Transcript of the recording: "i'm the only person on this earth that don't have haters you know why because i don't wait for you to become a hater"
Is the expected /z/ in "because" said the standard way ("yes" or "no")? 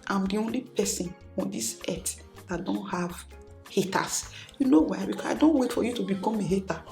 no